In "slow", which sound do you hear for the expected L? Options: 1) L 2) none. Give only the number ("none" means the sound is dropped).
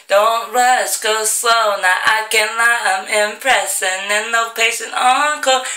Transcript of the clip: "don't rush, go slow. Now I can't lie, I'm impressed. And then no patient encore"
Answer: 2